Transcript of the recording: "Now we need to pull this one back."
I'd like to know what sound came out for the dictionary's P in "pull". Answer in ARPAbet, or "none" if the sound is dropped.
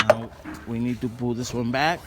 B